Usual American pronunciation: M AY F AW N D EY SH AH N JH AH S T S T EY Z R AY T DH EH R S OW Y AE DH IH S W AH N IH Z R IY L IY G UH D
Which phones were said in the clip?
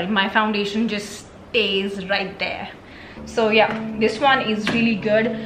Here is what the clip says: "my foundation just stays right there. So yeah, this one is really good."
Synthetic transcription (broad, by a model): M AY F AW N D EY SH AH N JH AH S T S T EY Z R AY T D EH R S OW Y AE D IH S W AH N IH Z R IY L IY G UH D